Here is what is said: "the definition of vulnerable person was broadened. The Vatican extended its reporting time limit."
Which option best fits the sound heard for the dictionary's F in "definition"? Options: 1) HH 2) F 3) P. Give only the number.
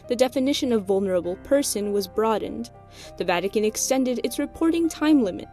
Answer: 2